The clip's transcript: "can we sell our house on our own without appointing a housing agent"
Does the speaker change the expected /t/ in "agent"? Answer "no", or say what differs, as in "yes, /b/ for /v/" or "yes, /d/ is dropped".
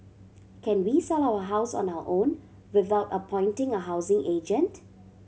no